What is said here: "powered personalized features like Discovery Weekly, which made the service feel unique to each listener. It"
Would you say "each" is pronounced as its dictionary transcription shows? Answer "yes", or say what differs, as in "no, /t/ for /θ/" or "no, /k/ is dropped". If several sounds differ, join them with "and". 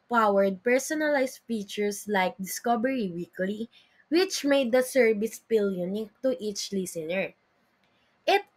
yes